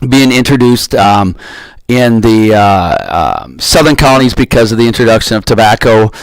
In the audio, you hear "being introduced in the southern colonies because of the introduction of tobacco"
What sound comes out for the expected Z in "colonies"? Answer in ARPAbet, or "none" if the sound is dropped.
Z